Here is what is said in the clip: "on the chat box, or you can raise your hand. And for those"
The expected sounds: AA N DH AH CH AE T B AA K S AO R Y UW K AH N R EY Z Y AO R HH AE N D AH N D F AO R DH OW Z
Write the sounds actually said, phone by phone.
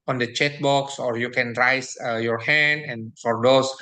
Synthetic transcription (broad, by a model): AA N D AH CH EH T B AA K S AO R Y UW K AH N R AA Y Y AO R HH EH N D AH N F AO R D OW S